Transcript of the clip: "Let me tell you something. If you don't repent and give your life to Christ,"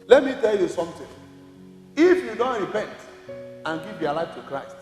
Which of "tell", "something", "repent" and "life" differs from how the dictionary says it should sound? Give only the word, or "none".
something